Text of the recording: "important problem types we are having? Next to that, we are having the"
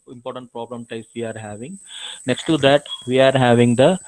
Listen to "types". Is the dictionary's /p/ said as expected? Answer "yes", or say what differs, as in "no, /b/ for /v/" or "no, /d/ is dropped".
no, /p/ is dropped